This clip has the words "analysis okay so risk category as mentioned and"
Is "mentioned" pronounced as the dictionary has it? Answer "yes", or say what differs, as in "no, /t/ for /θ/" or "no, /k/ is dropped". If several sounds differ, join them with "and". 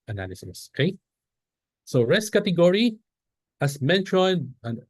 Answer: no, /d/ is dropped